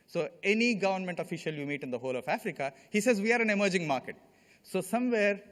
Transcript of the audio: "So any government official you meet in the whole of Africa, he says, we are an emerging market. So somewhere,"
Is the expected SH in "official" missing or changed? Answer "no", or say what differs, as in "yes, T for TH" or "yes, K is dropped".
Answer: no